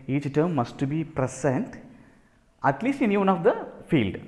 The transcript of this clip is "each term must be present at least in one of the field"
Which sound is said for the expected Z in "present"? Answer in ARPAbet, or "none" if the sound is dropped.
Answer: S